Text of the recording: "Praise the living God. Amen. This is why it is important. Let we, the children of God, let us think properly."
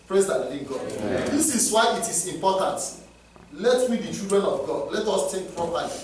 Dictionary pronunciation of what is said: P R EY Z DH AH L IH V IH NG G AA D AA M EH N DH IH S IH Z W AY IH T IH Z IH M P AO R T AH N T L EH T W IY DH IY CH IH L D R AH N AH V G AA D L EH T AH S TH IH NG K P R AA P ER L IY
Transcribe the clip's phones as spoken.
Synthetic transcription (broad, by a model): P R EY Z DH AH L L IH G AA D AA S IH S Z W AY IH T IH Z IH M P AO T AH N T L EH T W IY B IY CH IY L D R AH N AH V G AA D L EH T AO S T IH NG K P R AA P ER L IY